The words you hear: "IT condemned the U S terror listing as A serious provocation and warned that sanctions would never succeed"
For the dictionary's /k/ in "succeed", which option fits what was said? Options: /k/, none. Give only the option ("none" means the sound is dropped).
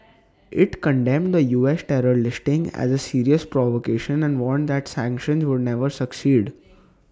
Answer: /k/